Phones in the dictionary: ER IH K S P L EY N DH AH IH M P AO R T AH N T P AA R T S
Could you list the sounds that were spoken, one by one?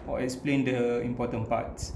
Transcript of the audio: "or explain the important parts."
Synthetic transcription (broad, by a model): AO IH K S P L EY N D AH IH M P AO T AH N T P AA T S